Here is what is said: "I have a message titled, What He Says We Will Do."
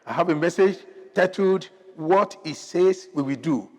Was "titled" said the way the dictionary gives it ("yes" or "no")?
no